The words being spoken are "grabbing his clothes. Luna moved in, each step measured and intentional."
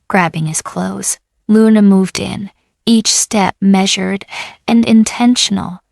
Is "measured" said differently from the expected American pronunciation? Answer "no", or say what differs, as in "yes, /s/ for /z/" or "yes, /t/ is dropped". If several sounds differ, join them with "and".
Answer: no